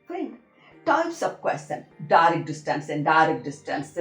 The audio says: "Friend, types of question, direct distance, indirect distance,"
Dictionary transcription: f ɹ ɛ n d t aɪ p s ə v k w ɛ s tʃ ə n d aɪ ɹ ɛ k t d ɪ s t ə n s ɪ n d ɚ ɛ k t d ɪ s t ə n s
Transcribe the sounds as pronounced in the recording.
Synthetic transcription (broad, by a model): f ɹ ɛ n t aɪ p s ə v k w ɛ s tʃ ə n d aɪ ɹ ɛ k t d ɪ s t ə n s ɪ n d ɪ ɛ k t d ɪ s t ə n s